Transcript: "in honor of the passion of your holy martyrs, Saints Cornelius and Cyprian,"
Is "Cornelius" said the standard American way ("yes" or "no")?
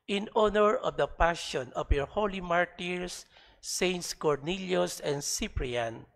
yes